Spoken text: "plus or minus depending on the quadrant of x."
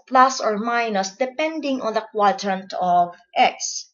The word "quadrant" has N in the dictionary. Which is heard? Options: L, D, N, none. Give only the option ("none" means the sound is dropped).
N